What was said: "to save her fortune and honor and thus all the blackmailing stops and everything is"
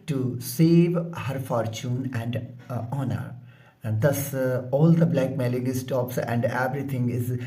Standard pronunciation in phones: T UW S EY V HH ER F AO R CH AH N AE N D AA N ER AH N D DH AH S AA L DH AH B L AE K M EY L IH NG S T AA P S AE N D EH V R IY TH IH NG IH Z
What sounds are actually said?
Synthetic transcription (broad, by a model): T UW S EY V HH ER F AO R CH AH N AE N D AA N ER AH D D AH S AA L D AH B L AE K M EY L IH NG S T AA P S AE N D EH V R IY T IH NG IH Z